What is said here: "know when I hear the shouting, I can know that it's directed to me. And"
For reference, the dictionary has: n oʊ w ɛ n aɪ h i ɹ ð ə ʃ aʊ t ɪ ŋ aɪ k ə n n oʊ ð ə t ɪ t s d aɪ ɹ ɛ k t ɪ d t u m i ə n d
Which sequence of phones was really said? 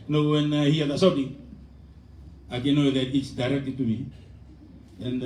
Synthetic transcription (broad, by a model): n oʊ w ɛ n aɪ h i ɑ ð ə s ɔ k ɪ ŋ aɪ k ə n n oʊ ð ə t ɪ t s d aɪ ɹ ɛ k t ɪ t u m i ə n